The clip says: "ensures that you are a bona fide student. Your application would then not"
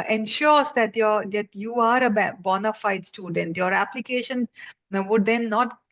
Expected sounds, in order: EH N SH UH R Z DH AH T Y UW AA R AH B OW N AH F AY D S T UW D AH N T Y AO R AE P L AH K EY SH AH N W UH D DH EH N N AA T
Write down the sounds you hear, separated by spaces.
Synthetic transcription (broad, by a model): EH N SH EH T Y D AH T Y UW AA R AH B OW N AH F AY D S T UW D AH N T Y AO R AE P L AH K EY SH AH N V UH D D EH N N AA T